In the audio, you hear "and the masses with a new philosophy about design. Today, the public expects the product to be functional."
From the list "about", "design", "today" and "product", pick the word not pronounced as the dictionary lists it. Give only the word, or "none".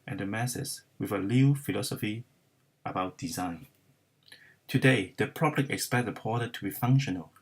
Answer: product